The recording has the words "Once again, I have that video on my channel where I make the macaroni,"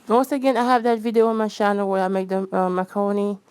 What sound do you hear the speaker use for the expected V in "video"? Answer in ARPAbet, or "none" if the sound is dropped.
V